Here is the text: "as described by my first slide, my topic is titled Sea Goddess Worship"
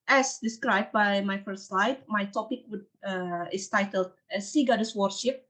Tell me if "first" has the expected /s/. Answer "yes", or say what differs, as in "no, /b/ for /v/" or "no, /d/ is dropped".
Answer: no, /s/ is dropped